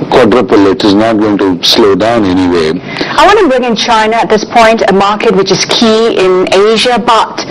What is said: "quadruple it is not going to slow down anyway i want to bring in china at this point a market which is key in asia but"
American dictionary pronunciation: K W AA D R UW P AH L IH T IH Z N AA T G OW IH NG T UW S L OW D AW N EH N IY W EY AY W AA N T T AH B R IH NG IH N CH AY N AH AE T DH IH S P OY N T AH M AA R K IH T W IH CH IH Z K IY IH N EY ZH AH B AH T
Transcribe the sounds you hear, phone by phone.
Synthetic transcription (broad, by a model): K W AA D R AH P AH L IH T IH Z N AA T G OW IH NG T UW S L OW D AW N EH N IY W EY AY W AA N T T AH B R IH NG IH N CH AY N AH T DH IH S P OY N T AH M AA R K IH T W IH CH IH Z K IY IH N EY ZH AH B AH T